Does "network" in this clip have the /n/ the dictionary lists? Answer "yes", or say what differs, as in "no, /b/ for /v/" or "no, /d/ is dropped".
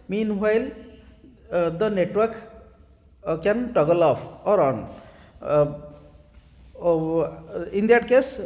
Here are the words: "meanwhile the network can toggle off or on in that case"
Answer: yes